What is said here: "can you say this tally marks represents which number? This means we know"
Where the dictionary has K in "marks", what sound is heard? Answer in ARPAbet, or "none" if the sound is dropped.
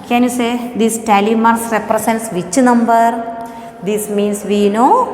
none